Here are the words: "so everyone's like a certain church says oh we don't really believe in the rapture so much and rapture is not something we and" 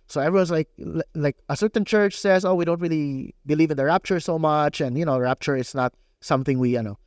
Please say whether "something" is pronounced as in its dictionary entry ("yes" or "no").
yes